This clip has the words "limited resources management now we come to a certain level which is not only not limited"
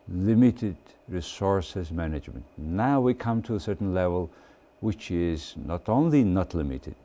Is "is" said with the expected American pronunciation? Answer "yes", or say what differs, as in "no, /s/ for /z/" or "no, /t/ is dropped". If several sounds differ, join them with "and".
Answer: yes